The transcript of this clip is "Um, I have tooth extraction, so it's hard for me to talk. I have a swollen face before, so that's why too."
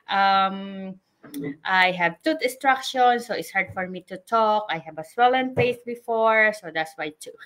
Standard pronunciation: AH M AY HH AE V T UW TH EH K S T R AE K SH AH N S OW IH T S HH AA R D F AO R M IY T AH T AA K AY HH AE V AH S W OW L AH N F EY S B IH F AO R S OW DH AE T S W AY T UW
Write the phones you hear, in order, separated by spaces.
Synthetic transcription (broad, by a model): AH M AY HH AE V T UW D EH S T R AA K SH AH N S OW IH T S HH AA R D F AO R M IY T AH T AA K AY HH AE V AH S W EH L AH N P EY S B IH F AO R S OW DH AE T S W AY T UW